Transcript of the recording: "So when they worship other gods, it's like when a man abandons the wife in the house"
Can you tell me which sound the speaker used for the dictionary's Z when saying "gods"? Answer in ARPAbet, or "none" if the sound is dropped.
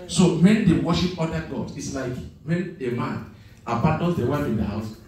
none